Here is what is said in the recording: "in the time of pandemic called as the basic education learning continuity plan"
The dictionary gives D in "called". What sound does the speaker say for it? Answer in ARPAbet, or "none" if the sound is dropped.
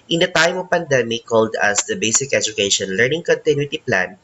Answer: D